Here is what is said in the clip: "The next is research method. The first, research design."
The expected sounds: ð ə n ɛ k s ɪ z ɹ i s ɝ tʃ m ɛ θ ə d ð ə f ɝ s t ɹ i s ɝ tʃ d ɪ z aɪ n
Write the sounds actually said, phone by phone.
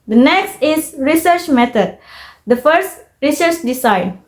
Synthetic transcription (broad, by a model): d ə n ɛ k s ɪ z ɹ i s ɝ tʃ m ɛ t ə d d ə f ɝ s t ɹ i s ɝ tʃ d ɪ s aɪ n